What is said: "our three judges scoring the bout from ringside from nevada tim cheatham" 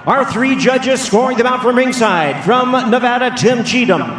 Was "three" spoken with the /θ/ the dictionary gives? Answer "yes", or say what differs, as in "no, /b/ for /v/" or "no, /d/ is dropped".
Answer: yes